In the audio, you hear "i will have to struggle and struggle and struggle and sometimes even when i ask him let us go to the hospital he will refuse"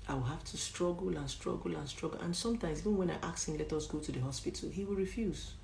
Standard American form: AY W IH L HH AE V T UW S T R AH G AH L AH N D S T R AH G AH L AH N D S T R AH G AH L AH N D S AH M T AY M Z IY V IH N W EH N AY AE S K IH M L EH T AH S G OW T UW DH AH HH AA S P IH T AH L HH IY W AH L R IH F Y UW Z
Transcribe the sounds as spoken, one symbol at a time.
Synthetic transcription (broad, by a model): AY W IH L HH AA F T UW S T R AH G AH L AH N S T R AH G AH L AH N S T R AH G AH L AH N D S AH M T AY M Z IY V IH N W EH N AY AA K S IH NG L EH T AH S G OW T UW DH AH HH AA S P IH T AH L HH IY W AH L R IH F Y UW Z